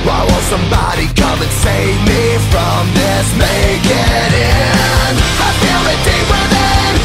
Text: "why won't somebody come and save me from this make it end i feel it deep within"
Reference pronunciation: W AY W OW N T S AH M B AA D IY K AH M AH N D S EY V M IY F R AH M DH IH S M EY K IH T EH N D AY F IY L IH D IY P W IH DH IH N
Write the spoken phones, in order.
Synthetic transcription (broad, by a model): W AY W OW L S AH M B AA D IY K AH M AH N S EY V M IY F R AH M DH IH S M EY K IH T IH N AY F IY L IH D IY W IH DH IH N